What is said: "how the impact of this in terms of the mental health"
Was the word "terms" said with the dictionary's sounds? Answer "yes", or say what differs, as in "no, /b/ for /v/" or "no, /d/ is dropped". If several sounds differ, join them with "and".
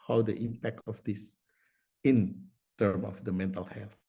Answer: no, /z/ is dropped